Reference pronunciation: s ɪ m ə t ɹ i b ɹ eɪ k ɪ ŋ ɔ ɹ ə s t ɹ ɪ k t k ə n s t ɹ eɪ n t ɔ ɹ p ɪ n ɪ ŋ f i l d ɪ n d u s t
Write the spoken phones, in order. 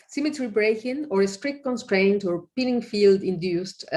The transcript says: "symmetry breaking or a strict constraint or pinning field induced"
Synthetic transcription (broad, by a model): s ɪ m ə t ɹ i b ɹ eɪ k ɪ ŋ ɔ ɹ ə s t ɹ ɪ k t k ə n s t ɹ eɪ n t ɔ ɹ p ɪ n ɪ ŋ f i l d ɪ n d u s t